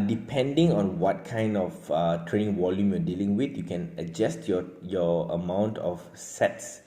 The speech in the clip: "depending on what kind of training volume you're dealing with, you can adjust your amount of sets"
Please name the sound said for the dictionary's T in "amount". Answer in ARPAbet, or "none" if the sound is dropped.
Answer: T